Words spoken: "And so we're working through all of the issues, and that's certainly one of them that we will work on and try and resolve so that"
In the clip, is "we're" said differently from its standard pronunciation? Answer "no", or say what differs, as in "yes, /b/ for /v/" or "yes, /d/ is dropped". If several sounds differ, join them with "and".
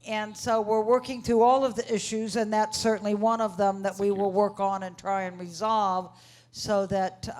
no